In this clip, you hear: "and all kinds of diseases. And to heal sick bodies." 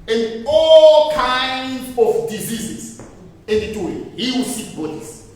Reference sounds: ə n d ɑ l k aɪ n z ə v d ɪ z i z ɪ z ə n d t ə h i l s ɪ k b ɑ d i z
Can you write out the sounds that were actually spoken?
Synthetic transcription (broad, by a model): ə n d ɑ l k aɪ n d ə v d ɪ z i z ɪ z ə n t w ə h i w s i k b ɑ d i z